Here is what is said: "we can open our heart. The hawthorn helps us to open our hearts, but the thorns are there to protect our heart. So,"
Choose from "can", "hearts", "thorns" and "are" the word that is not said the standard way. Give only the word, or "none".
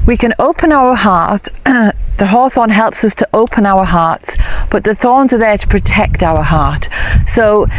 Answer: none